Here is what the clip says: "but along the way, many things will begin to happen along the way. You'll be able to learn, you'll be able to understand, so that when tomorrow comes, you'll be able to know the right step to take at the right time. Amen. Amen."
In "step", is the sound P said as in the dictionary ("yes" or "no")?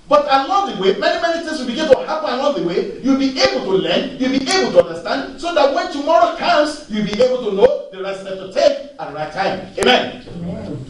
no